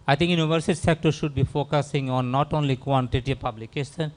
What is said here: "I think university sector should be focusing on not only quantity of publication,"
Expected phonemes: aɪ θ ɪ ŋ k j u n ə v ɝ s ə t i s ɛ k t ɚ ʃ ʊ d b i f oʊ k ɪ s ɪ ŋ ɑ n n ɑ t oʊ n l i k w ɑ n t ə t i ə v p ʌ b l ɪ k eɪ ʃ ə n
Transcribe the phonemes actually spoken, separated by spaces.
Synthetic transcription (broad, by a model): aɪ t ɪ ŋ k j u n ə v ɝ s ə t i s ɛ k t ɚ ʃ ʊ d b i f oʊ k ɪ s ɪ ŋ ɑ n n ɑ t oʊ n l i k w ɑ n t ə t i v p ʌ b l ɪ k eɪ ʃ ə n